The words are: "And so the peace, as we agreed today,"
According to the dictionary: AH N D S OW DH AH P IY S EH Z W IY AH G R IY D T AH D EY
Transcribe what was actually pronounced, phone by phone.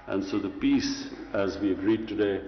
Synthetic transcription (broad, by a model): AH N S OW DH AH P IY S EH Z W IY AH G R IY D T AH D EY